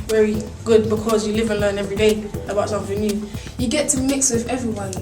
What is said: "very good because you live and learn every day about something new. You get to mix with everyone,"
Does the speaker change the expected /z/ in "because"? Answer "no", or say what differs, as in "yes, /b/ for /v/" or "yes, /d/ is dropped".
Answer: no